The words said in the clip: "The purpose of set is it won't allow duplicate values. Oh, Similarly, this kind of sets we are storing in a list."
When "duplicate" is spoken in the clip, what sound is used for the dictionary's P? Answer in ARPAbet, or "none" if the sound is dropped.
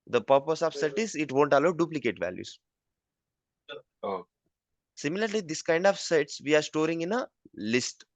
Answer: P